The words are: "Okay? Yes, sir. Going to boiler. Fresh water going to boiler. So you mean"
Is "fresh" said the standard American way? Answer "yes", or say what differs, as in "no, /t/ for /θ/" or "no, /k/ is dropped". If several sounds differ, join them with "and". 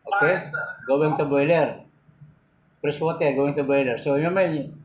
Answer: no, /p/ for /f/